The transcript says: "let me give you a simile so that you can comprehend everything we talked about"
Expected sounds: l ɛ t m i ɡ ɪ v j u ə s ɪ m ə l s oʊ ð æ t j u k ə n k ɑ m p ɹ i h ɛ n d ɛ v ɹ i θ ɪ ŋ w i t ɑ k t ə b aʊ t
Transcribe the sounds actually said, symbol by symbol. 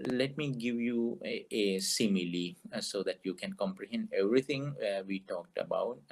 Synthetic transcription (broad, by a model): l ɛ t m i ɡ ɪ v j u ə s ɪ m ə l s oʊ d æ t j u k ə n k ɑ m p ɹ i h ɛ n d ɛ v ɹ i t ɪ ŋ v i t ɑ k t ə b aʊ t